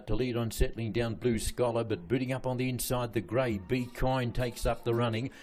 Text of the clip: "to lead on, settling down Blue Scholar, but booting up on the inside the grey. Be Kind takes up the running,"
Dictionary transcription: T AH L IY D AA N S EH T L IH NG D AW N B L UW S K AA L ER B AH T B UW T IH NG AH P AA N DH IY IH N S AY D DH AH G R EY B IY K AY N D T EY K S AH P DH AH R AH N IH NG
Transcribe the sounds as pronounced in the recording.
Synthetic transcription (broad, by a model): T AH L IY D N S EH T L IH NG D AW N B L UW S K AA L ER B AH T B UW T IH NG AH P N DH IY IH N S AY D DH AH G R EY B IY K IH N T EY K S AH P DH AH R AH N IH NG